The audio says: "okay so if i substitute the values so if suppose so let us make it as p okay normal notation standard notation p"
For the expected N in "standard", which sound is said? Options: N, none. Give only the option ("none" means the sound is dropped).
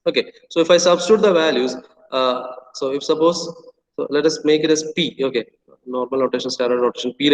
none